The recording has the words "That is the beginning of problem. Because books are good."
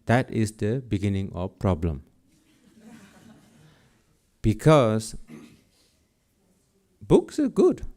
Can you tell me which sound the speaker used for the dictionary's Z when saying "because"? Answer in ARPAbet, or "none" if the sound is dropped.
S